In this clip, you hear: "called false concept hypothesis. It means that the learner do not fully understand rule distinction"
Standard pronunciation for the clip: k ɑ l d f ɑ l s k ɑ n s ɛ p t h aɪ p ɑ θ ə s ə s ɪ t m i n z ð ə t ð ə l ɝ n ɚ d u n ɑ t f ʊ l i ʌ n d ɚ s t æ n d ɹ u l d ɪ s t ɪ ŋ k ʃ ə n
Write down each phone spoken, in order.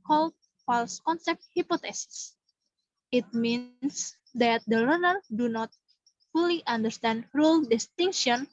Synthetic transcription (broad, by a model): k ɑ l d f ɑ l s k ɑ n s ɛ p t h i p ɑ t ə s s ɪ t m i n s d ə t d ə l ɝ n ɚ d u n ɑ t f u l i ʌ n d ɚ s t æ n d ɹ u l d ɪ s t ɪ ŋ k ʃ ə n